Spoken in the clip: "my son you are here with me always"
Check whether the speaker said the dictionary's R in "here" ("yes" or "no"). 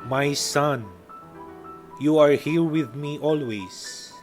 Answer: no